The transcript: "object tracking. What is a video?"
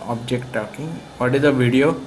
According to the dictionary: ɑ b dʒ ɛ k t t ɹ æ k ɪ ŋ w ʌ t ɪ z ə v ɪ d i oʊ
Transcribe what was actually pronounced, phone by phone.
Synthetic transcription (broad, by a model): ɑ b dʒ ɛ k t t ɔ k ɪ ŋ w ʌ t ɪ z ə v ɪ d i oʊ